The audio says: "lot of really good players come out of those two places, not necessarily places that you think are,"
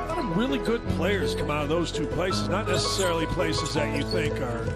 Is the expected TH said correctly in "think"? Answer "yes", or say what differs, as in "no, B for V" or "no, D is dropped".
yes